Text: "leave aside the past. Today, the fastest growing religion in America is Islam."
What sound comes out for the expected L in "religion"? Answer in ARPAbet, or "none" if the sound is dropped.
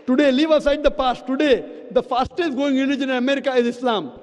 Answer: N